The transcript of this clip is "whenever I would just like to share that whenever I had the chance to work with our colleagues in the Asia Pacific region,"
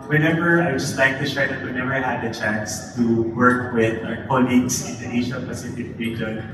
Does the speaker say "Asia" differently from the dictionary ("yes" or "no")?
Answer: yes